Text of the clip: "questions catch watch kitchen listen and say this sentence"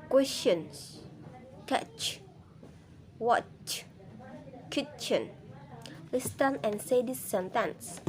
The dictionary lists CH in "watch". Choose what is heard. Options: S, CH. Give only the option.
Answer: CH